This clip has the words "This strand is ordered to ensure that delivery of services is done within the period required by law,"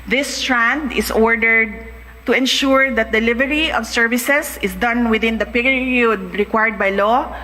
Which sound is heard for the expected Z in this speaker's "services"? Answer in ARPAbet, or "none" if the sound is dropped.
S